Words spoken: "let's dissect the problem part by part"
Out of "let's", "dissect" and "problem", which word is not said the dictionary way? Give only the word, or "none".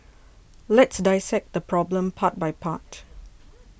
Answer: none